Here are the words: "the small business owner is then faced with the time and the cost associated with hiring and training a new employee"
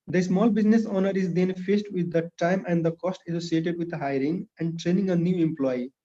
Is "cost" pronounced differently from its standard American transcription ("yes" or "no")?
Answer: no